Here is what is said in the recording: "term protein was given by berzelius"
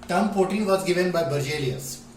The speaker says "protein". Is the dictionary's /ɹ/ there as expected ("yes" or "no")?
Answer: no